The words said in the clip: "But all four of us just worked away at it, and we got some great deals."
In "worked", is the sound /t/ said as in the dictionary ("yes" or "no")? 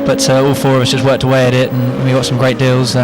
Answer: yes